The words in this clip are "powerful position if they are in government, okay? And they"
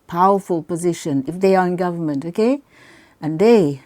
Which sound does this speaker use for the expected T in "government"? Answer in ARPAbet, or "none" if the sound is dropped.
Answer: T